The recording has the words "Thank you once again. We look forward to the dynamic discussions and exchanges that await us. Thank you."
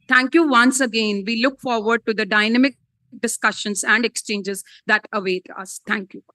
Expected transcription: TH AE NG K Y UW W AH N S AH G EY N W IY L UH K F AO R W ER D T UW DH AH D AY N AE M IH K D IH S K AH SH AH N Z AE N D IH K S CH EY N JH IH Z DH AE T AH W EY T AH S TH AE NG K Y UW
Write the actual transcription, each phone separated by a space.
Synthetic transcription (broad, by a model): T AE NG K Y UW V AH N S AH G EY N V IY L UH K F AO R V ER D T UW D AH D AY N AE M IH K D IH S K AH SH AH N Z AE N D IH K S CH EY N JH IH Z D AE T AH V EY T AH S T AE NG K Y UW